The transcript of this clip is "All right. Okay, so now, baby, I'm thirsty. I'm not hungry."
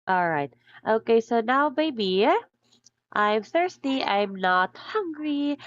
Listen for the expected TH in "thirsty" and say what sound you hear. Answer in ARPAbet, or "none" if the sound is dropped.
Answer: TH